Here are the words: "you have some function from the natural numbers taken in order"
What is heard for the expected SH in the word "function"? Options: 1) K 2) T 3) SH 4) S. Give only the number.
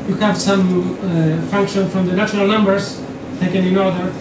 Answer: 3